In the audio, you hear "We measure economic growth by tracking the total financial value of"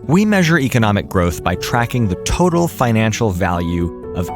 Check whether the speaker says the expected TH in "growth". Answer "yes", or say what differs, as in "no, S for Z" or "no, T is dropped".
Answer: yes